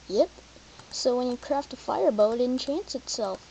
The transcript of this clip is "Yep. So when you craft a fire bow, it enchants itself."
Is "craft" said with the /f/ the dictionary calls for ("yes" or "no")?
yes